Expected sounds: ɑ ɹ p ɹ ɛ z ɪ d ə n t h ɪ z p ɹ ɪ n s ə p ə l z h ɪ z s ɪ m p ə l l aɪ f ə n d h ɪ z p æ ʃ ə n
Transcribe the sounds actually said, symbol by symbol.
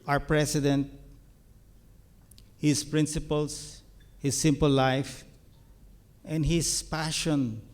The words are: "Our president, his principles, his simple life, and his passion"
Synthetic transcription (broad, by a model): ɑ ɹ p ɹ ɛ s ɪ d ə n t h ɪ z p ɹ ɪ n s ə p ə l s h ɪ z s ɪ m p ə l l aɪ f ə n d h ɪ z p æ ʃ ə n